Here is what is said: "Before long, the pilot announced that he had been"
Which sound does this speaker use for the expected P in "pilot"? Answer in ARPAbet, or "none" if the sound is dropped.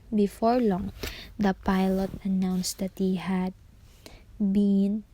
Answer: P